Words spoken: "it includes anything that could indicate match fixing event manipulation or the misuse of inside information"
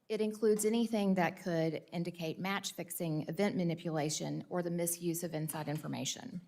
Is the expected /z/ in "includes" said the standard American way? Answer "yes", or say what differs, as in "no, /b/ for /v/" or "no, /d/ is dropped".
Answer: yes